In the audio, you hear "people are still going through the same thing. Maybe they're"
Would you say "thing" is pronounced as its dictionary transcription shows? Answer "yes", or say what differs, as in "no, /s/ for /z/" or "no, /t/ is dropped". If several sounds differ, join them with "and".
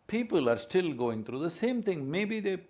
no, /t/ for /θ/